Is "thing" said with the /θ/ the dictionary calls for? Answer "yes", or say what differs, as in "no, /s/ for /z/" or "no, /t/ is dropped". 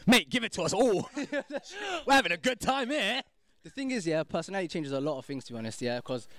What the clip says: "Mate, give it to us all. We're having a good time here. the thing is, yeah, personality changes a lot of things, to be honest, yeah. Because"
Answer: yes